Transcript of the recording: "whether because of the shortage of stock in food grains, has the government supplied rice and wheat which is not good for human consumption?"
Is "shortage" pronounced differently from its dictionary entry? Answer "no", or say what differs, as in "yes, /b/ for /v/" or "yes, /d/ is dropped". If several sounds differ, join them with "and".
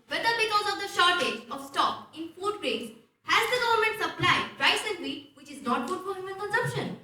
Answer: no